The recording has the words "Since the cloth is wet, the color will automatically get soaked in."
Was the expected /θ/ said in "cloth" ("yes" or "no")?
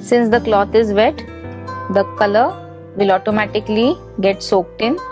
no